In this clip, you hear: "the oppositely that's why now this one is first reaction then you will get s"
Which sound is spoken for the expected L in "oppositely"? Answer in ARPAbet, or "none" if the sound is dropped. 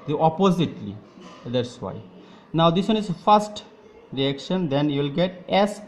L